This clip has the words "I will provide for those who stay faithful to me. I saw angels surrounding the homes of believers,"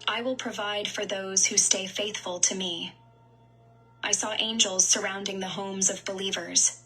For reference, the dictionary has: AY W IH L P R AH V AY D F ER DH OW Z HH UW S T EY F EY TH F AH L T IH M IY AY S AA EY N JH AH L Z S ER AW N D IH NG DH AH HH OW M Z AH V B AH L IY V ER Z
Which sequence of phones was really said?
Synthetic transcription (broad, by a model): AY W IH L P R AH V AY D F ER DH OW Z HH UW S T EY F EY TH F AH L T IH M IY AY S AA EY N JH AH L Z S ER AW N D IH NG DH AH HH OW M Z AH V B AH L IY V ER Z